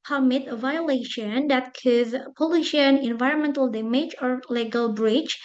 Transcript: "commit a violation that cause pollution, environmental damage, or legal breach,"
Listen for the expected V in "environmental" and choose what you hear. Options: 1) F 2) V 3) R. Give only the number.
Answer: 2